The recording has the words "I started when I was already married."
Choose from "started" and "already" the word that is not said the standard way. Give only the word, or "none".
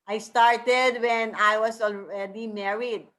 already